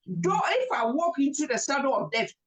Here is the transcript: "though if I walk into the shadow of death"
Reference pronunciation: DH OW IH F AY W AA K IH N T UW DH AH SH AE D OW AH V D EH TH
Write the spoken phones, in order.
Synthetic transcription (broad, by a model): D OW IH F AY W AA K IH N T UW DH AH S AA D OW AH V D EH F